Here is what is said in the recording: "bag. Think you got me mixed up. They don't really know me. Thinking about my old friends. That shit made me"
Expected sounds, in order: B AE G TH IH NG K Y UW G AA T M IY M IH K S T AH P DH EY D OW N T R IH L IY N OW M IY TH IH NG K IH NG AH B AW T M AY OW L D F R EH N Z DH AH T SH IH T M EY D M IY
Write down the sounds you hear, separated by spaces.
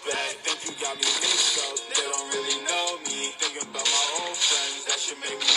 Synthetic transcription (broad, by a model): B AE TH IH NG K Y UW G AA T M IY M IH S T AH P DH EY D OW N T R IH L IY N OW M IY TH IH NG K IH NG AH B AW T M AY OW N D F R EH N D DH AH T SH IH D M EY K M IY